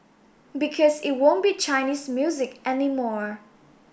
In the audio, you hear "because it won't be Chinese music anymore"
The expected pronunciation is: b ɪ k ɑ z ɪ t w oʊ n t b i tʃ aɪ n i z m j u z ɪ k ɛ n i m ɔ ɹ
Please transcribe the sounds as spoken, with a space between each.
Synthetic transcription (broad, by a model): b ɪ k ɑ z ɪ t w oʊ n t b i tʃ aɪ n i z m j u z ɪ k ɛ n i m ɔ ɹ